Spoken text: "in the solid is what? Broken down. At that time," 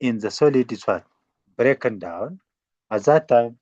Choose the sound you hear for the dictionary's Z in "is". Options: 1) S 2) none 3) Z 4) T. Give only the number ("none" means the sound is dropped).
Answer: 1